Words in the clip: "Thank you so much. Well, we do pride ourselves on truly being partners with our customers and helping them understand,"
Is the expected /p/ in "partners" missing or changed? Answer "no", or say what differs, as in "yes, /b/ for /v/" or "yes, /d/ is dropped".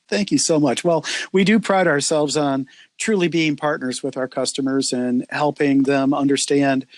no